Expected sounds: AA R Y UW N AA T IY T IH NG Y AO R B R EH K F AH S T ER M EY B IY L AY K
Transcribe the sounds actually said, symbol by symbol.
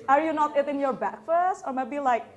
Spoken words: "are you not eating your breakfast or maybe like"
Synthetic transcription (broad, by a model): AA R Y UW N AA T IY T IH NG Y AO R B EH K F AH S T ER M EY B IY L AY K